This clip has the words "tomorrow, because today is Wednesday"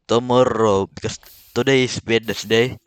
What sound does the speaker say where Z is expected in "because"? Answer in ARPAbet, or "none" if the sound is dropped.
S